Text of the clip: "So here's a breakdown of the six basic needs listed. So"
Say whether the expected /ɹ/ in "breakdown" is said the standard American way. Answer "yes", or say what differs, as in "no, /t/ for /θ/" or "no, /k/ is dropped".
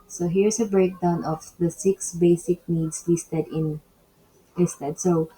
yes